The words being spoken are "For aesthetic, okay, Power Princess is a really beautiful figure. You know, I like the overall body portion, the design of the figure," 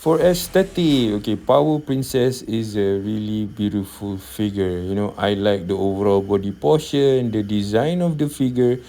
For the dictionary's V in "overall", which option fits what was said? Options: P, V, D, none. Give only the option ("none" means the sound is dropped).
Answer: V